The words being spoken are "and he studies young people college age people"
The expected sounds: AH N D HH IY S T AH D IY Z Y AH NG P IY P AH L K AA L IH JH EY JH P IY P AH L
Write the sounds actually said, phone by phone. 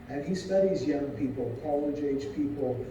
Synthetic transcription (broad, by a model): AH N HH IY S T AH D IY Z Y AH NG P IY P L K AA L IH JH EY Z P IY P L